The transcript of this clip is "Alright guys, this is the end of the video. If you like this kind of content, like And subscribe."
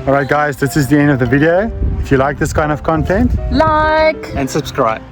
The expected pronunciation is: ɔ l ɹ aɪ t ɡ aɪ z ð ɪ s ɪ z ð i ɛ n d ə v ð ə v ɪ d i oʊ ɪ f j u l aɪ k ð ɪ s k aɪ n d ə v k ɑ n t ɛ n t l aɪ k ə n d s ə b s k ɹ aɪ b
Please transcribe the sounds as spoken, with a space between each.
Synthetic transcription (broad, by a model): ɔ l ɹ aɪ t ɡ aɪ z ð ɪ s ɪ z ð i ɛ n d ə v ð ə v ɪ d i oʊ ɪ f j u l aɪ k ð ɪ s k aɪ n d ə v k ɑ n t ɛ n t l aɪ k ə n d s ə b s k ɹ aɪ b